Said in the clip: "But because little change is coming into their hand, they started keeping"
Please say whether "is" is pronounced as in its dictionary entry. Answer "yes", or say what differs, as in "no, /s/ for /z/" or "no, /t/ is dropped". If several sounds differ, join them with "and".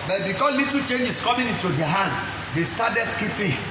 no, /s/ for /z/